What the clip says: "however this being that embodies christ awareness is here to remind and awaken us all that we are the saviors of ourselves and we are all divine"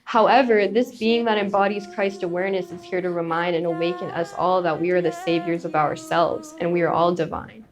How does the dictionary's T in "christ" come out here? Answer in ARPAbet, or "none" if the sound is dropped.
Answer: T